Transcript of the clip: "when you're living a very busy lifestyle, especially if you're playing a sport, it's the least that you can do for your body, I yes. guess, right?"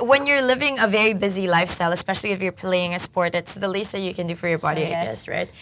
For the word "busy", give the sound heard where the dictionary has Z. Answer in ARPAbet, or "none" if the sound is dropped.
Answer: Z